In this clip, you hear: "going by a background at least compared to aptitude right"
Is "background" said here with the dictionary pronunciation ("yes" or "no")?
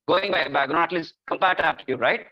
no